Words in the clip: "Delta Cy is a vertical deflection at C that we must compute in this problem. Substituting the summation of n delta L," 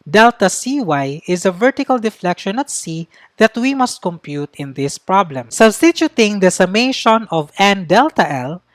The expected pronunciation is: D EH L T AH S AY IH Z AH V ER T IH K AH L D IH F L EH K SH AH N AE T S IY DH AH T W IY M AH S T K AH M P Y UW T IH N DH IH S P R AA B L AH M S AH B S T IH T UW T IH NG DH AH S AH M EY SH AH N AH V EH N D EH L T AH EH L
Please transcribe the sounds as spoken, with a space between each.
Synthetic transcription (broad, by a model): D EH L T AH S AY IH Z AH V ER T IH K AH L D IH F L EH K SH AH N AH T S IY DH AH T W IY M AH S T K AH M P Y UW T IH N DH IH S P R AA B L AH M S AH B S T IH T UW T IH NG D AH S AH M EY SH AH N AH V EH N D EH L T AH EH L